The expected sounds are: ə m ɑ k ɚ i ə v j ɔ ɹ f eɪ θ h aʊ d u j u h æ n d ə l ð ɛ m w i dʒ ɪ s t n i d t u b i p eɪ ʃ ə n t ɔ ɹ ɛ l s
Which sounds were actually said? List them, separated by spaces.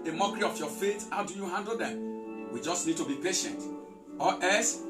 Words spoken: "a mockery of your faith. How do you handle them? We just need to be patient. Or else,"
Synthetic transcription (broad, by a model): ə m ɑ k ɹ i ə f j ɔ f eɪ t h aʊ d u j u h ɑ n d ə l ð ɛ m w i dʒ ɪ s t n i d t u b i p eɪ ʃ ə n t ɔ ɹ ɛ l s